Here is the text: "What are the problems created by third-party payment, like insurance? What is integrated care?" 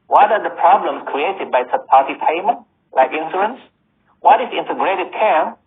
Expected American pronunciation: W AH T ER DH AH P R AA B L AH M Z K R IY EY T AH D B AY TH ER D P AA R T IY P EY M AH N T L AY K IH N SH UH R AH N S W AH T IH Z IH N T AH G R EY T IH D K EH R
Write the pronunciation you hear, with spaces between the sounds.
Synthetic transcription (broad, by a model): W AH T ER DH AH P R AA B L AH M S K R IY EY T AH D B AY S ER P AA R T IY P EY M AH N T L AY K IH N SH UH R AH N S W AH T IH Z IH N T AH G R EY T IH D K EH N